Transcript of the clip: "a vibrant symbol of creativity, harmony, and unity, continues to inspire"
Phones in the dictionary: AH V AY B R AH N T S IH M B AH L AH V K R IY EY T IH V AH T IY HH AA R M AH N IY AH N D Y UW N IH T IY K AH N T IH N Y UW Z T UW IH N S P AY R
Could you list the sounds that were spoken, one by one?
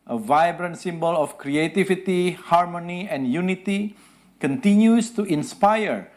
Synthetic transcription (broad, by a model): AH V AY B R AH N T S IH M B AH L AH F K R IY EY T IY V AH T IY HH AA R M AH N IY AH N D Y UW N IH T IY K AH N T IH N Y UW S T UW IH N S P AY R